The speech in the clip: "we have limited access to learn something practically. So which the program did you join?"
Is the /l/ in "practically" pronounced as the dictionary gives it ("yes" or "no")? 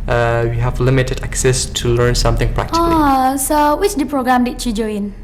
no